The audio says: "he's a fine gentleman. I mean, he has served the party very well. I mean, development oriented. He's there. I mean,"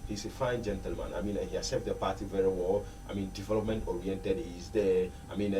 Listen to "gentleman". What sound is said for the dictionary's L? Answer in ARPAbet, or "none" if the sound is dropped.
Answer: L